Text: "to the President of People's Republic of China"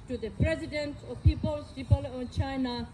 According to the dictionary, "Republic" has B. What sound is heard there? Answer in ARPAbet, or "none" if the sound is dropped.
none